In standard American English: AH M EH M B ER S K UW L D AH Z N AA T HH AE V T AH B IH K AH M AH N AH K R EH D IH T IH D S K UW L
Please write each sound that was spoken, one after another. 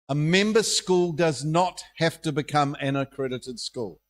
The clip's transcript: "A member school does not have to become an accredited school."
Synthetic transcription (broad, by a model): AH M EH M B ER S K UW L D AH Z N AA T HH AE F T AH B IH K AH M AH N AH K R EH D IH T IH D S K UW L